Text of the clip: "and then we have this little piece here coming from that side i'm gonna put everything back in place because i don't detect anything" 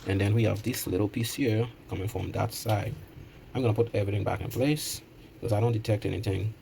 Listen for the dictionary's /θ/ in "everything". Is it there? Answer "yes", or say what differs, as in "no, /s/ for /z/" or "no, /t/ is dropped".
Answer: yes